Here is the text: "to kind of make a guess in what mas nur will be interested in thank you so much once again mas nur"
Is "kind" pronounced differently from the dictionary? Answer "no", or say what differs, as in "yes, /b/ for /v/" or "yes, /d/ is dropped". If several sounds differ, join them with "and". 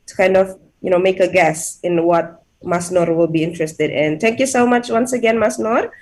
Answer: no